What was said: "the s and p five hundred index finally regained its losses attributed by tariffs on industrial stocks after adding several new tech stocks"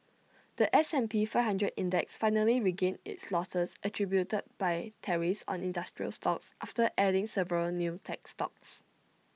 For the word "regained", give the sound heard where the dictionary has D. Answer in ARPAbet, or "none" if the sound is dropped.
none